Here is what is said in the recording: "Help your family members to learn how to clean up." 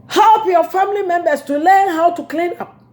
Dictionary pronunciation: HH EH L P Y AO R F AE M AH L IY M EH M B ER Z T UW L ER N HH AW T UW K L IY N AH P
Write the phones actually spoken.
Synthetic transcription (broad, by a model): HH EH L P Y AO F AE M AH L IY M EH M B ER S T UW L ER N HH AW T UW K L IY N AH P